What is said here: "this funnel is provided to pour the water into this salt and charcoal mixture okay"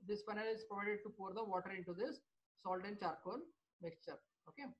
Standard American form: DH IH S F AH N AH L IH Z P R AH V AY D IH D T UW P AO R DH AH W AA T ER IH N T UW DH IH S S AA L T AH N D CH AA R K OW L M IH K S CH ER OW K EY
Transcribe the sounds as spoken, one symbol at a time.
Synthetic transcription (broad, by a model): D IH S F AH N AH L IH Z P R AH V AY D IH D T UW P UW R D AH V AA T ER IH N T UW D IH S S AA L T AH N D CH AA R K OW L M IH K S CH ER OW K EY